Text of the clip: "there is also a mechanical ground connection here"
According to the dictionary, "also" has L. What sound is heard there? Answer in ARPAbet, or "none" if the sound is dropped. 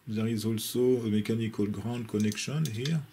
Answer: L